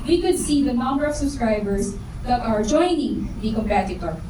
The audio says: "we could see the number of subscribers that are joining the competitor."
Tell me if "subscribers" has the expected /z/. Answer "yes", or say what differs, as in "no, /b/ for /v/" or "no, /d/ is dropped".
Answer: no, /s/ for /z/